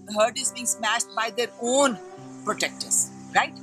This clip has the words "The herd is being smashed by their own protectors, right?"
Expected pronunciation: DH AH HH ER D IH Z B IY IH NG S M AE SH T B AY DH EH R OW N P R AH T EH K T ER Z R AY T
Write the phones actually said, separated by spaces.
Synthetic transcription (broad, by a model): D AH HH ER D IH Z B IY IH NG S M AE SH T B AY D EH R OW N P R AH T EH K T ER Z R AY T